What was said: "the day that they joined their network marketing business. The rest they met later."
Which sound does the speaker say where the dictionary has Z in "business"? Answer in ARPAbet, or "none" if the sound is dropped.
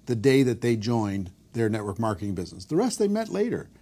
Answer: Z